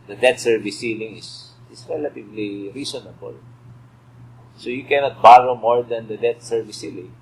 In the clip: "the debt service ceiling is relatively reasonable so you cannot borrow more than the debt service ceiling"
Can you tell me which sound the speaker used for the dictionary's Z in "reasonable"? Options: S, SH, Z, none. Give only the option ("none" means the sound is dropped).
S